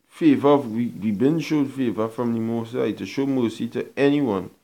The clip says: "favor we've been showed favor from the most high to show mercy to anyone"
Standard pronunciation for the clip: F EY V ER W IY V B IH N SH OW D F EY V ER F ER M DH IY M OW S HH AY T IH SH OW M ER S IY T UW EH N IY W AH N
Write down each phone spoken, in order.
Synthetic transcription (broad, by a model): F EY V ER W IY W B IH N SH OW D F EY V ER F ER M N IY M OW S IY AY T IH SH OW M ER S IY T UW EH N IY W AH N